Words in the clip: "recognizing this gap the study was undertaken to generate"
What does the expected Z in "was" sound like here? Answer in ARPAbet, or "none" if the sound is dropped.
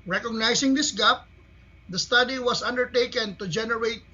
S